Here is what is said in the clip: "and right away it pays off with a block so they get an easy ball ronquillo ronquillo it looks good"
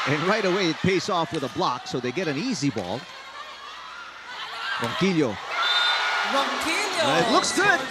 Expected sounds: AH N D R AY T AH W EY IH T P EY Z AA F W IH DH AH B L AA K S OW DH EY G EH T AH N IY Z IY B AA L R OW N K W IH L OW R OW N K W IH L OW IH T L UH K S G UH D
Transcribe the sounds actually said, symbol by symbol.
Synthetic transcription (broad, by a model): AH N R AY T AH W EY IH T P EY S AA F W IH DH AH B L AA K S OW DH EY G EH T AH N IY Z IY B AA L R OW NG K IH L OW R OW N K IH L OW IH T L UH K S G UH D